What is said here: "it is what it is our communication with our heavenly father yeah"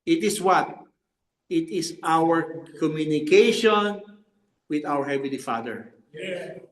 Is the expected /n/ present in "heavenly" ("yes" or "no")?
no